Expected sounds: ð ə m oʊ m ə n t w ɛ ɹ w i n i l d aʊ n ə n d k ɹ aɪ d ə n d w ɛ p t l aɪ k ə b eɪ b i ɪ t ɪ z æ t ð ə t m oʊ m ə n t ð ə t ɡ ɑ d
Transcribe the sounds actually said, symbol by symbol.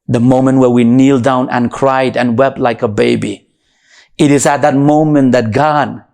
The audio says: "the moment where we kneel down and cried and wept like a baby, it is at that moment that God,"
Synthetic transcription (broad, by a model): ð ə m oʊ m ə n t w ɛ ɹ w i n i l d aʊ n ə n k ɹ aɪ d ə n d w ɛ p t l aɪ k ə b eɪ b i ɪ t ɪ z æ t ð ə t m oʊ m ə n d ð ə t ɡ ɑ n